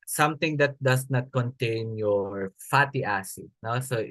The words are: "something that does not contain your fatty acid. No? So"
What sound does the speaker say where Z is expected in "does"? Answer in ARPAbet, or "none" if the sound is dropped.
S